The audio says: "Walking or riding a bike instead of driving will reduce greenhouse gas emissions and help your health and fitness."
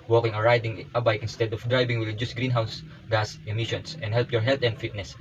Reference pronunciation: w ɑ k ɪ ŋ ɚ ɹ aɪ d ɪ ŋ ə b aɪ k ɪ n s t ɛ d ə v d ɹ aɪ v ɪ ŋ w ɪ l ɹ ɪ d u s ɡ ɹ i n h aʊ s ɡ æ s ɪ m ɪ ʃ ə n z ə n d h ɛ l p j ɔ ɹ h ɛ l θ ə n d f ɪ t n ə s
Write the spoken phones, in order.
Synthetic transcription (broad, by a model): w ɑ k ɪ ŋ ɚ ɹ aɪ d ɪ ŋ ə b aɪ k ɪ n s t ɛ d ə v d ɹ aɪ b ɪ ŋ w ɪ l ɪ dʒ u s ɡ ɹ i n h aʊ s ɡ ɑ s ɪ m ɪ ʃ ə n s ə n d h ɛ l p j ɔ ɹ h ɛ l t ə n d f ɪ t n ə s